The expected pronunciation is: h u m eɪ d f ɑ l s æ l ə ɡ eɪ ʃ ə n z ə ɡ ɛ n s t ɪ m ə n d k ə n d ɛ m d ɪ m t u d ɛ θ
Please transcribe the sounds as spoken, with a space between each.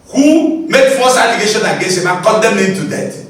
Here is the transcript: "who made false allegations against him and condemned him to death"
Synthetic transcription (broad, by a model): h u m eɪ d f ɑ s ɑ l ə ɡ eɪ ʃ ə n ə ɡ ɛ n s ɪ m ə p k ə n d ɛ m ɪ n t u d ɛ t